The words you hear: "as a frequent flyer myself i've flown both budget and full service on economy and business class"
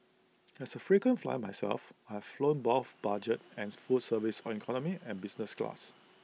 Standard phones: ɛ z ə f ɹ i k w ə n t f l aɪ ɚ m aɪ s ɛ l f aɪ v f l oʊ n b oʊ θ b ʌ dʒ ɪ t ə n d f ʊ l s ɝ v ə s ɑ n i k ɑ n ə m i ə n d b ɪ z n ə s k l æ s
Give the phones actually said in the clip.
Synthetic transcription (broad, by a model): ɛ s ə f ɹ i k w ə n f l aɪ m aɪ s ɛ l f aɪ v f l oʊ n b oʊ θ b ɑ dʒ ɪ t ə n f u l s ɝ v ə s ɑ n i k ɑ n ə m i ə n b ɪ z n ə s k l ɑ s